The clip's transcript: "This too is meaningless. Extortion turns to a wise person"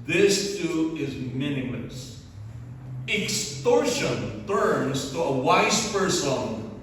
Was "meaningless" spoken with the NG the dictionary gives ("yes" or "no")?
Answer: no